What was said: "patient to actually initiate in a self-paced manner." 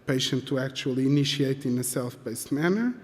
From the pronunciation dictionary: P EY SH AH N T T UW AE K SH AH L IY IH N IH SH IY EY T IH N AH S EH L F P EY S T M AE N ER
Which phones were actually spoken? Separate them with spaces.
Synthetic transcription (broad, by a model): P EY SH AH N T T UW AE K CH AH L IY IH N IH SH IY EY T IH N AH S EH L F B EY S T M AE N ER